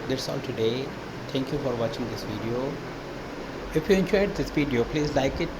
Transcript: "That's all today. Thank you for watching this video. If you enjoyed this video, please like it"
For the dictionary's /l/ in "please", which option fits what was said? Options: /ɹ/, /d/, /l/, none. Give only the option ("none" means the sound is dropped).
/l/